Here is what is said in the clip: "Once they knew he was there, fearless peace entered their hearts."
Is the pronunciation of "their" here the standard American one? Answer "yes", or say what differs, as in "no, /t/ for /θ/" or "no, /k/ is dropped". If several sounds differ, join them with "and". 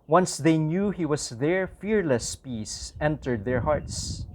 yes